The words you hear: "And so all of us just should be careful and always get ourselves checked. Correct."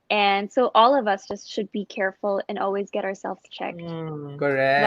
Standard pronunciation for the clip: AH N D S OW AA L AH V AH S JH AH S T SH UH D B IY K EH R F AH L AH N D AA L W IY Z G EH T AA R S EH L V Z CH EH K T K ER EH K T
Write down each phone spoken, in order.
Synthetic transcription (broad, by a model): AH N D S OW AA L AH V AH S JH AH S T SH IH D B IY K EH R F L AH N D AA L W IY Z G EH T AA R S EH L V Z CH EH K T K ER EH